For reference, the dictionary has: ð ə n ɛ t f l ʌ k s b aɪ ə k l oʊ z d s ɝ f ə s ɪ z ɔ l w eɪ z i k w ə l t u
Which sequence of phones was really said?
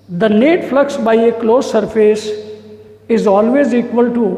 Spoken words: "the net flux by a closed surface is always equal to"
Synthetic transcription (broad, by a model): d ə n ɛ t f l ʌ k s b aɪ ə k l oʊ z s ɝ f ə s ɪ z ɔ l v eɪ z i k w ə l t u